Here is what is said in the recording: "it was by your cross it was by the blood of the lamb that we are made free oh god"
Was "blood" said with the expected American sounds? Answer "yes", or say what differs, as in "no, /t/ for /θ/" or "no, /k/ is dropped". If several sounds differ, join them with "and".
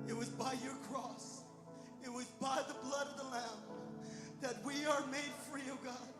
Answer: yes